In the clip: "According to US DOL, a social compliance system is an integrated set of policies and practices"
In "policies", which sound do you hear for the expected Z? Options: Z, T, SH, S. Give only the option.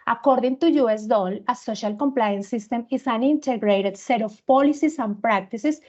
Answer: S